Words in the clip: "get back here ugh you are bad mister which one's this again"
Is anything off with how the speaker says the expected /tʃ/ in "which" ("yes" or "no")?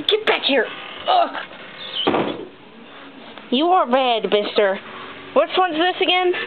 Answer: yes